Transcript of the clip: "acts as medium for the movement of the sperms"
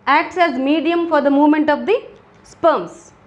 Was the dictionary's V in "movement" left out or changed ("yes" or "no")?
no